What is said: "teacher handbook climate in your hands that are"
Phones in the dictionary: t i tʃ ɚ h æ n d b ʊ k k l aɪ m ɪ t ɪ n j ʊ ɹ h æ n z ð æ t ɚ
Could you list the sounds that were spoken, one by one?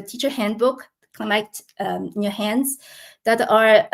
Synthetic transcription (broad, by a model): t i tʃ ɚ h æ n d b ʊ k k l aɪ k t ɪ n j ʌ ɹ h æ n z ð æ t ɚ